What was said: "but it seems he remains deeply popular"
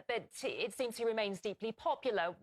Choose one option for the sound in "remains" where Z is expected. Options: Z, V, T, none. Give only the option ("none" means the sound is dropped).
Z